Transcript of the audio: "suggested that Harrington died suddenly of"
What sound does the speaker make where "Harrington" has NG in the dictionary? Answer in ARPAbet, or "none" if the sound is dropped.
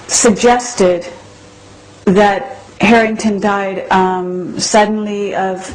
NG